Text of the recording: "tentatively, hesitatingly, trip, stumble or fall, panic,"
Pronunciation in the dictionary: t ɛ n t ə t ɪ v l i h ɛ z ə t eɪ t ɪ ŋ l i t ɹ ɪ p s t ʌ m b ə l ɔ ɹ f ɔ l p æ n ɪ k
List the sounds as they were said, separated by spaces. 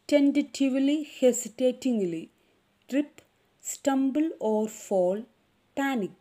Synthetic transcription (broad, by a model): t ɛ n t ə t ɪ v l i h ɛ s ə t eɪ t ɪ ŋ l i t ɹ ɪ p s t ʌ m b ə l ɔ ɹ f ɔ l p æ n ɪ k